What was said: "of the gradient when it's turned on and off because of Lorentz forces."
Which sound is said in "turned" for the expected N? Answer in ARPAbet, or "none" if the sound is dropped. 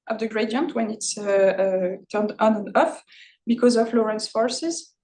N